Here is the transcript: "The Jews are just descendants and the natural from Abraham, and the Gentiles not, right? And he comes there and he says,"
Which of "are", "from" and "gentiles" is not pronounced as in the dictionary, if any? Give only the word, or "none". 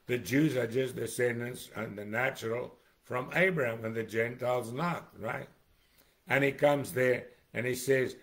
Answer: none